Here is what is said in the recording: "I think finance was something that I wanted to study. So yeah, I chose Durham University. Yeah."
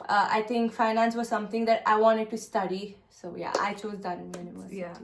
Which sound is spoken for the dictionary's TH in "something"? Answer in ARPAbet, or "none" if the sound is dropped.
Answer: T